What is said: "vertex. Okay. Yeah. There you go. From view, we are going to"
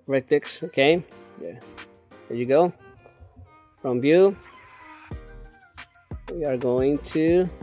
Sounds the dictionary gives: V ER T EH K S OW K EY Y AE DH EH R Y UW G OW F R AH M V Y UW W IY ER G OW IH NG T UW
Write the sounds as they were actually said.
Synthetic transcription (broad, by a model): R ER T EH K S OW K EY Y AE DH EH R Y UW G OW F R AH M B Y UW W IY ER G OW IH NG T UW